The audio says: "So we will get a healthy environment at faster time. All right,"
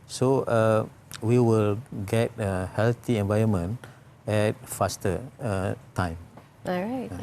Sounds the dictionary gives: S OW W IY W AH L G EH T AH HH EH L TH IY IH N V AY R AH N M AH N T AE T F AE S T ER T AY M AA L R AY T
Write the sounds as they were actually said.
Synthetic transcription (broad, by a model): S OW W IY W AH L G EH T AH HH EH L T IY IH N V AY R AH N M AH N EH T F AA S T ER T AY M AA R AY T